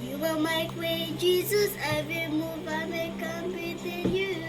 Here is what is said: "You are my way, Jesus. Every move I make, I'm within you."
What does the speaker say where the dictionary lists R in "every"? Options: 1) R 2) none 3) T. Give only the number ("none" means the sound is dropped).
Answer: 2